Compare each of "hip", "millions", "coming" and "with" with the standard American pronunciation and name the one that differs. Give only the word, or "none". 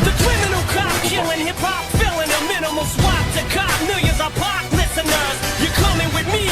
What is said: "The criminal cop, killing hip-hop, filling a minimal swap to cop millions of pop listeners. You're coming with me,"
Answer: millions